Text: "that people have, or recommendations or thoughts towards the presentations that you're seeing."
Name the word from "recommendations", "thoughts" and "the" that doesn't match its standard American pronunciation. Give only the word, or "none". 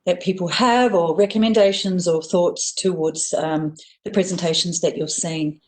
none